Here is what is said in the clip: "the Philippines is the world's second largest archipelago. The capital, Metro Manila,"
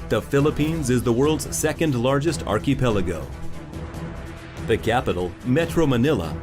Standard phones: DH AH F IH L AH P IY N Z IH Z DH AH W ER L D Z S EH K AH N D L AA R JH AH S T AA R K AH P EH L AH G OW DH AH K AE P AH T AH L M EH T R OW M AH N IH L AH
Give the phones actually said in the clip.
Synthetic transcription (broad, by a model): DH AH F IH L AH P IY N Z IH Z DH AH W ER L D Z S EH K AH N D L AA R JH AH S T AA R K AH P EH L AH G OW DH AH K AE P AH T L M EH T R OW M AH N IH L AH